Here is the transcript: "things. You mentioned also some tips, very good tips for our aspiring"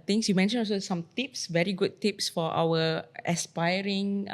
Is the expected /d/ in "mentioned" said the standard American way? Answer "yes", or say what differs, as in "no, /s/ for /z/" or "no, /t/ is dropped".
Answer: no, /d/ is dropped